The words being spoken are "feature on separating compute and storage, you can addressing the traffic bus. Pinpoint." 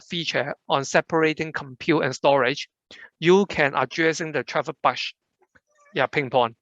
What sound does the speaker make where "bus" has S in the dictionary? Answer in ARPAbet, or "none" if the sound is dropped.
none